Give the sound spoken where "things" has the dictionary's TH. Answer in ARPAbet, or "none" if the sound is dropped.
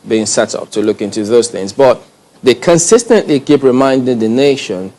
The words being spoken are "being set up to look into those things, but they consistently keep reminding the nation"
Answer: TH